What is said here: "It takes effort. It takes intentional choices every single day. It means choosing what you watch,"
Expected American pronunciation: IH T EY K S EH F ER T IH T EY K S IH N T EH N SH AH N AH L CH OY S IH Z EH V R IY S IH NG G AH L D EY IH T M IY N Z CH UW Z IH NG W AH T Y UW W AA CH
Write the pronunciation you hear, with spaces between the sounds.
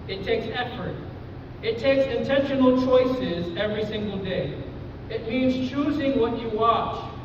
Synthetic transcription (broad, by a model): IH T EY K S EH F ER T IH T EY K S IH N T EH N SH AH N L CH OY S IH Z EH V R IY S IH NG G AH L D EY IH T M IY N Z CH UW Z IH NG W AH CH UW W AA CH